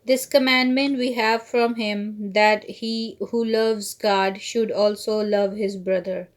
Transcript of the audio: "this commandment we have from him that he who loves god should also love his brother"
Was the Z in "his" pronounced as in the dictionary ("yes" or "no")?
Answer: yes